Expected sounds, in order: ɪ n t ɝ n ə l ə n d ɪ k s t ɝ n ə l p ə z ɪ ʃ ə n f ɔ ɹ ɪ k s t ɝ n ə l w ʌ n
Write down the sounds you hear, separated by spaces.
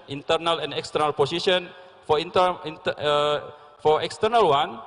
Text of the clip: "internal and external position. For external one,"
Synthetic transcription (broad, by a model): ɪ n t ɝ n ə l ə n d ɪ k s t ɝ n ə l p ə s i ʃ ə n f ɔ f ɪ k s t ɝ n ə l w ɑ n